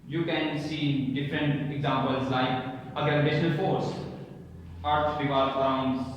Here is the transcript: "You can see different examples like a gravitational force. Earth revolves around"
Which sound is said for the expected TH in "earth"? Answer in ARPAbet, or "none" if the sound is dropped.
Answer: S